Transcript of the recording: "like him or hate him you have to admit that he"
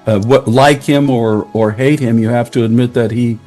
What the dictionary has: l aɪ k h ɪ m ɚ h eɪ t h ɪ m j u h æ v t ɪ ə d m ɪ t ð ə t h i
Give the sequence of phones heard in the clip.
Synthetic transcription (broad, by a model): l aɪ k h ɪ m ɚ h eɪ t h ɪ m j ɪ h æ f t ɪ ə d m ɪ t ð ə t h i